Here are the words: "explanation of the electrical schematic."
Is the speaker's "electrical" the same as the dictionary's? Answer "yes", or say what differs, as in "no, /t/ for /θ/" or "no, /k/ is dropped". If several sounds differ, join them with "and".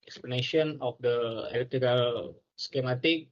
no, /k/ is dropped and /ɹ/ is dropped